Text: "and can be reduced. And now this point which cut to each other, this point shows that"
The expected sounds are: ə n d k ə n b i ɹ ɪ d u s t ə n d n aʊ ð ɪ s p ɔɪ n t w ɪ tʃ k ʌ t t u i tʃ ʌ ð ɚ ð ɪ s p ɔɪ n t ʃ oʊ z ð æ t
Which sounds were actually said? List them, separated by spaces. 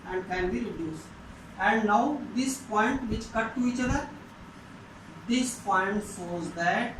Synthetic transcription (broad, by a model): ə n d k ə n b i ɹ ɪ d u s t ə n d n aʊ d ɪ s p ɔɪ n t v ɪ tʃ k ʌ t t u i tʃ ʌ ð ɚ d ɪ s p ɔɪ n t s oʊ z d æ t